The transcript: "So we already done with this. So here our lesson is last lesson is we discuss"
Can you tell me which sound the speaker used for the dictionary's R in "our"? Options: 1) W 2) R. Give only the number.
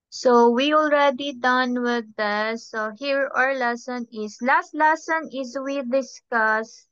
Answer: 2